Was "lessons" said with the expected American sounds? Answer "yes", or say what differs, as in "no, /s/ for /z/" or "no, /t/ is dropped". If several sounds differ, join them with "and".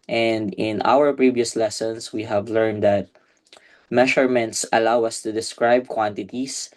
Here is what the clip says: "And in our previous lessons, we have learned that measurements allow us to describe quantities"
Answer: no, /s/ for /z/